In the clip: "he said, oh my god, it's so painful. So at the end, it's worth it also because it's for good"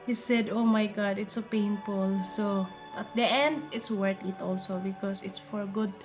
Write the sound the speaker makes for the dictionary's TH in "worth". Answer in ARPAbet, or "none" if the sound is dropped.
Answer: T